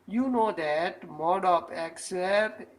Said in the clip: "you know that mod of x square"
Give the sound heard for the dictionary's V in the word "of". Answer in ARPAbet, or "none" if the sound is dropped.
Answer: P